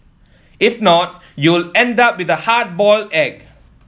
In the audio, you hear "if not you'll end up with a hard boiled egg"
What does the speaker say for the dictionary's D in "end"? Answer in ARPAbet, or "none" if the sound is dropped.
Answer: D